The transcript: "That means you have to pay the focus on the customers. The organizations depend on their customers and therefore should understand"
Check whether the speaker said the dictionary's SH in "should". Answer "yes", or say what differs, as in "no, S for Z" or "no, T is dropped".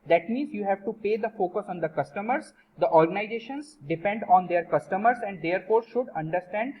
yes